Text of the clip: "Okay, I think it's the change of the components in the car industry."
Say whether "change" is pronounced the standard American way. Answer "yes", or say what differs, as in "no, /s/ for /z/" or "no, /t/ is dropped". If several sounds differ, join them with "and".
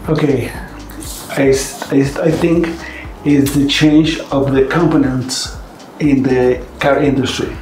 yes